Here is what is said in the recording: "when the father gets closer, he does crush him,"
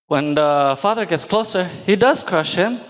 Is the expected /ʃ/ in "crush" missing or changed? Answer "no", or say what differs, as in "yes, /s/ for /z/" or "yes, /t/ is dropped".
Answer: no